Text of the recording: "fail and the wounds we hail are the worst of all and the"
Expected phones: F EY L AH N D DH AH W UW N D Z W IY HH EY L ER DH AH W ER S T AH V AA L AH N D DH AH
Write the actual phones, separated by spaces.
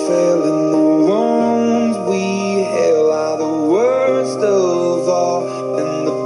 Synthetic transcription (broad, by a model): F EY L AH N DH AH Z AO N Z W IY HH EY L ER DH AH W ER S T AH V AA L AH N DH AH